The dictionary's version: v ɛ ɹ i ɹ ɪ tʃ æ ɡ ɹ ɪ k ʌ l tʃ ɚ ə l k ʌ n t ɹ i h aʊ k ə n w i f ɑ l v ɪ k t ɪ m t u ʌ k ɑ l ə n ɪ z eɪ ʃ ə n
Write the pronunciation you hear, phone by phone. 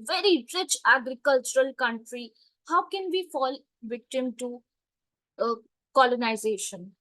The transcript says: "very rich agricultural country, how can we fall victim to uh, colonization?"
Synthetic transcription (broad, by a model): v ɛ ɹ i ɹ ɪ tʃ æ ɡ ɹ ɪ k ʌ l tʃ ɚ ə l k ʌ n t ɹ i h aʊ k ə n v i f ɑ l v ɪ k t ɪ m t u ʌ k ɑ l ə n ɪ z eɪ ʃ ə n